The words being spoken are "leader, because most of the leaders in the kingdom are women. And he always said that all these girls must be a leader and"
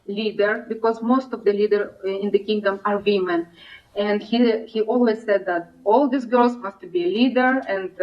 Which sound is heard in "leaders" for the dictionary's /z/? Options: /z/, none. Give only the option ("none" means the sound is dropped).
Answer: none